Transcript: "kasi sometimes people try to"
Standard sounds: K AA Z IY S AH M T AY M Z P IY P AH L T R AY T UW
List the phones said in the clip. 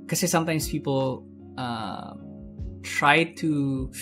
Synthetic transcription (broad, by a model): K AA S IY S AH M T AY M S P IY P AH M T R AY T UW